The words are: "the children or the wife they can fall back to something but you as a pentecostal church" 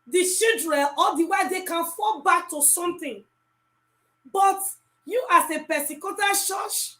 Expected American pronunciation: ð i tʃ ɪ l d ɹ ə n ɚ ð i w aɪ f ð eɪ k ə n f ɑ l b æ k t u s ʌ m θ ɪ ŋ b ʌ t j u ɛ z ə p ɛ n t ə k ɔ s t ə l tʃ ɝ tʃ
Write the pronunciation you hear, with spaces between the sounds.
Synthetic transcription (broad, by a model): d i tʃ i l d ɹ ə n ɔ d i w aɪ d eɪ k ə n f ɑ l b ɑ k t u s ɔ m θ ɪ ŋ b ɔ t j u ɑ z ə p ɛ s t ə k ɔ t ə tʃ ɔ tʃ